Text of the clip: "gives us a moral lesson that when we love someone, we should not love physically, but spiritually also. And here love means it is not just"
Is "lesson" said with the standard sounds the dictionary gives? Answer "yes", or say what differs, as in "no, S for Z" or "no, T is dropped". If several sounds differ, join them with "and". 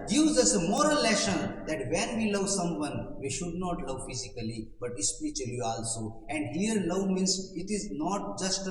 no, SH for S